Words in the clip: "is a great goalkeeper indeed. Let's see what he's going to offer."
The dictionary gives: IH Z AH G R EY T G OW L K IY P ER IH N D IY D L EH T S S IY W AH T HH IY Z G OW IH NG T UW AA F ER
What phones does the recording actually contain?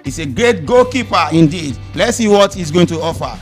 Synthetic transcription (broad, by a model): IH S AH G R EY T G OW K IY P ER IH N D IY D L EH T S S IY W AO T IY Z G OW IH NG T UW AA F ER